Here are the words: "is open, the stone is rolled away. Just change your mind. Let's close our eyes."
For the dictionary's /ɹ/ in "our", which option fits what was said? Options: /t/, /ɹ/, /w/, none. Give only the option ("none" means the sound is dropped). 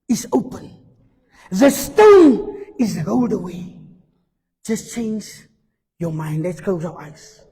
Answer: /w/